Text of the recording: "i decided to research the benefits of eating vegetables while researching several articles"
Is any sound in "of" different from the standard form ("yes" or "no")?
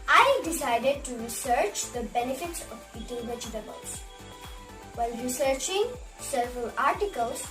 yes